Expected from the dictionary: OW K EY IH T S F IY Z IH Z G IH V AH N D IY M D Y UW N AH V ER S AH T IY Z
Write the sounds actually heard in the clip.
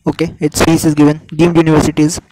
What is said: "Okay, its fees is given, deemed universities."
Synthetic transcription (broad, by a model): OW K EY IH T S P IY S IH Z G IH V AH N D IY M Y UW N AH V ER S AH T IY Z